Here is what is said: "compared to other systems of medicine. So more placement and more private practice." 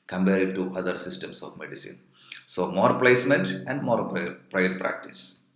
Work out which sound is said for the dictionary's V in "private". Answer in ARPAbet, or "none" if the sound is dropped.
none